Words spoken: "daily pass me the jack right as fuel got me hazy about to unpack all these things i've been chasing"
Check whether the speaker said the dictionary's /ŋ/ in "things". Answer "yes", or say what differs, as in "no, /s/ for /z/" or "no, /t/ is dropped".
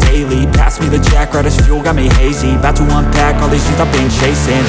no, /ŋ/ is dropped